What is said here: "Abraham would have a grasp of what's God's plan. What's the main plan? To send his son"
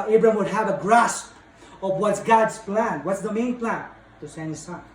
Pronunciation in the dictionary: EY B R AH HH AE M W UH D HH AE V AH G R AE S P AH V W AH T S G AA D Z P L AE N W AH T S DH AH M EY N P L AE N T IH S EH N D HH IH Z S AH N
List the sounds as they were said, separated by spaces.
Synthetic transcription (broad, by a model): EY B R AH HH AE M W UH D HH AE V AH G R AE S P AH V W AH T S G AA D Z P L AE N W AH T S DH AH M EY N P L AE N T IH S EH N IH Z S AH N